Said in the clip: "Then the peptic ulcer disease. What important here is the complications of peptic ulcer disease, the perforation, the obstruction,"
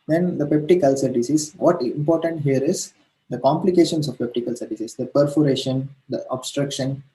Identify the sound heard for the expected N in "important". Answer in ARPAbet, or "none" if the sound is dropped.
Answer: N